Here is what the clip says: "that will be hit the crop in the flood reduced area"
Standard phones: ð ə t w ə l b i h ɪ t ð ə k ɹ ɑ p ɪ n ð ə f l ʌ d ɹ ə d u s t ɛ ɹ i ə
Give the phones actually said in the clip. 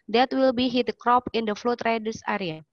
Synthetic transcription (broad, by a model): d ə t w ə l b i h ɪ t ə k ɹ ɑ p ɪ n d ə f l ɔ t ɹ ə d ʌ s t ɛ ɹ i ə